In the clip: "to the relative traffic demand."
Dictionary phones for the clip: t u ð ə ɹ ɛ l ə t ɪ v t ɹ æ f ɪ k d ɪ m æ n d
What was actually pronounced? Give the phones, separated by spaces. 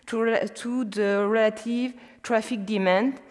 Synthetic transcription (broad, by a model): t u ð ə ɹ ɛ l ə t ɪ v t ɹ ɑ f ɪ k d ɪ m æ n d